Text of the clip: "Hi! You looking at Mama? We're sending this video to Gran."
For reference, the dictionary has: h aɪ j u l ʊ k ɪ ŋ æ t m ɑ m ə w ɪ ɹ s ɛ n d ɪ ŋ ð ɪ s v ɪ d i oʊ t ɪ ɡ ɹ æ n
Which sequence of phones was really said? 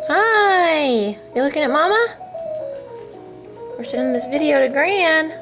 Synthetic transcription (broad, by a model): h aɪ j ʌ l ʊ k ɪ ŋ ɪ t m ɑ m ə w ɪ ɹ s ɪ d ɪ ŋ ð ɪ s v ɪ d i oʊ t ɪ ɡ ɹ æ n